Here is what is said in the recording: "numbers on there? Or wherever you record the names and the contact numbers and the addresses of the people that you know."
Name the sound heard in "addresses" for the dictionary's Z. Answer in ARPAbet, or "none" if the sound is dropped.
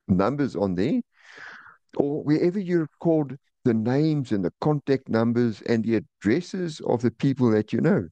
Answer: Z